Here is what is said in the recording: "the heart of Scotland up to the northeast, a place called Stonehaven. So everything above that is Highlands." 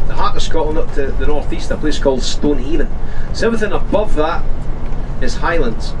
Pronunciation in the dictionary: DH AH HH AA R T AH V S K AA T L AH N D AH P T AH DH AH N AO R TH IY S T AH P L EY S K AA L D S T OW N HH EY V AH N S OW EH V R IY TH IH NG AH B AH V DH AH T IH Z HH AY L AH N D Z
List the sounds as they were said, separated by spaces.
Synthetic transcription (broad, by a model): DH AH HH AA R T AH S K AA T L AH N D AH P T AH DH AH N AO R TH IY S T AH P L EY S K AA L D S T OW N HH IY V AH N S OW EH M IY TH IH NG AH B AH V DH AH T IH Z HH AY L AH N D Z